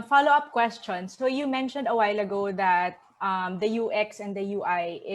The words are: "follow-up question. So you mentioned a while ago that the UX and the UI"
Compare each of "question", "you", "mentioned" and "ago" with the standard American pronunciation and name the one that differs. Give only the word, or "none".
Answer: none